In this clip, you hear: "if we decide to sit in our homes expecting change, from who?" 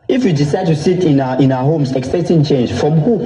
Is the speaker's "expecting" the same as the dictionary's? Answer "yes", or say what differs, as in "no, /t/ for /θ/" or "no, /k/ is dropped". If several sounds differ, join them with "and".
no, /p/ is dropped and /k/ is dropped